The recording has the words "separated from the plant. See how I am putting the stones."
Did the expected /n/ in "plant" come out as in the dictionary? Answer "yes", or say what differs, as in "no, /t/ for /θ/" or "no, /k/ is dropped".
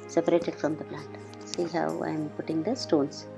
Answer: no, /n/ is dropped